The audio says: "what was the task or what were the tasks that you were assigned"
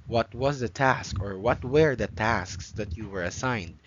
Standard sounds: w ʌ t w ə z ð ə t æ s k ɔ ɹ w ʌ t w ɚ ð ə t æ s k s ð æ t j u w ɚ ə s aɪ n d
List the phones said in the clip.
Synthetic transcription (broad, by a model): w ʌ t w ə z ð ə t æ s k ɔ ɹ w ʌ t w ɚ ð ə t æ s k s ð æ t j u w ɚ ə s aɪ n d